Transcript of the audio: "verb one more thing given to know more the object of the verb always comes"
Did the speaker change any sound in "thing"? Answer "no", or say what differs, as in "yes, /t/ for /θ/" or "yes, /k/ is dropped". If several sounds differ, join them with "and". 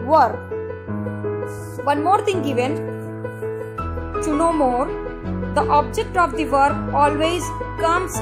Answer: yes, /t/ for /θ/